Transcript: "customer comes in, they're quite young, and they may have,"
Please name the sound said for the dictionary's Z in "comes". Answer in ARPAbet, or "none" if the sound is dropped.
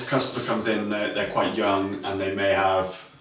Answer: Z